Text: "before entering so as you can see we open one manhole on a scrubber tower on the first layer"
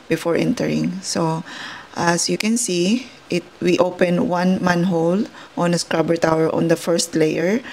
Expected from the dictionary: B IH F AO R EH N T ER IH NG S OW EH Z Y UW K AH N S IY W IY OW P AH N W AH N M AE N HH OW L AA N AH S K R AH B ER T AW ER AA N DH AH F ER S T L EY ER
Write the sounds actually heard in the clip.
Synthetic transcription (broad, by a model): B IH F AO R EH N T ER IH NG S OW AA S Y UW K AH N S IY W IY OW P AH N W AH N M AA N HH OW L AA N AH S K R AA B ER T AW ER AA N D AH F ER S T L EY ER